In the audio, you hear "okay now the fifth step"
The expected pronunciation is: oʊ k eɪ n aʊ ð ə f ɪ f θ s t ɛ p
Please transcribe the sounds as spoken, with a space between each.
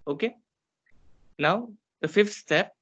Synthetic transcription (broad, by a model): oʊ k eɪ n aʊ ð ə f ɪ f t s t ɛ p